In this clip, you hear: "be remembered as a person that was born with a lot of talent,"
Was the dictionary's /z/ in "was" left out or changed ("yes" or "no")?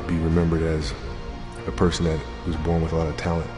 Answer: no